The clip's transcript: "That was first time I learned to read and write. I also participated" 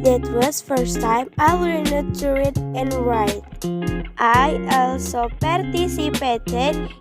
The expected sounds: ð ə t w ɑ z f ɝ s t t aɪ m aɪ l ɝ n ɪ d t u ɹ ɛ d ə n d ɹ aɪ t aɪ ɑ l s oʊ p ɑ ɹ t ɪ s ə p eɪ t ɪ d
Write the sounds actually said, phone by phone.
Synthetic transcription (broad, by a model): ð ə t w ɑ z f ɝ s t t aɪ m aɪ w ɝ n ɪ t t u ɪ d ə n ɹ aɪ t aɪ ɑ l s oʊ p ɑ ɹ t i s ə p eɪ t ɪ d